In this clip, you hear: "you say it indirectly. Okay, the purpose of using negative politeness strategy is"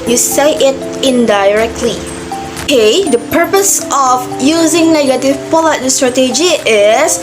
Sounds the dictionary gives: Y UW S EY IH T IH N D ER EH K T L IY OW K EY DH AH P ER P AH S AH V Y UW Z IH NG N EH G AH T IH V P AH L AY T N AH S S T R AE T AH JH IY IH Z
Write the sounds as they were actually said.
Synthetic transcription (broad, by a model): Y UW S EY IH T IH N D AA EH K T L IY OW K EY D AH P ER P AH S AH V Y UW Z IH NG N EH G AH T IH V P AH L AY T AH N S T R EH T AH JH IY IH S